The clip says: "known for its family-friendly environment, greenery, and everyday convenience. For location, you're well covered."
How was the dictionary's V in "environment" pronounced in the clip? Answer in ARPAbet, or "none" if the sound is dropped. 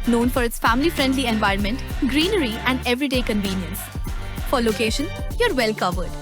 V